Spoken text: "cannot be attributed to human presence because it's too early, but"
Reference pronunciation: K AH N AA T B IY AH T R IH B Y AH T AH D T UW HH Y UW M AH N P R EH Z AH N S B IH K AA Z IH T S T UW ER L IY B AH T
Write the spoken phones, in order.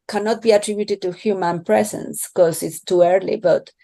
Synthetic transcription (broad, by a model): K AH N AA T B IY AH T R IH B Y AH T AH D T UW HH Y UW M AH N P R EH S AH N S K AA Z IH T S T UW ER L IY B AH T